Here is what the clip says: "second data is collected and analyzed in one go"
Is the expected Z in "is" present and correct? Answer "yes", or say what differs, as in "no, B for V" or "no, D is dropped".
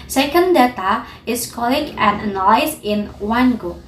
no, S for Z